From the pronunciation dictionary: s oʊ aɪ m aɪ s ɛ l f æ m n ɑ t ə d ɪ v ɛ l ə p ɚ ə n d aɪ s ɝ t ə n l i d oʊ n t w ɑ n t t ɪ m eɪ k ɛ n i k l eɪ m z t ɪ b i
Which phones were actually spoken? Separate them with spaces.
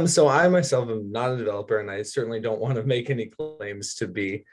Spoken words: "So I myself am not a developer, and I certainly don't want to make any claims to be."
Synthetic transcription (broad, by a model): s oʊ aɪ m aɪ s ɛ l f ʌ m n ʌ t ə d ɪ v ɛ l ə p ɚ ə n aɪ s ɝ t n l i d oʊ n t w ɑ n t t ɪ m eɪ k ɛ n i k l eɪ m z t ɪ b i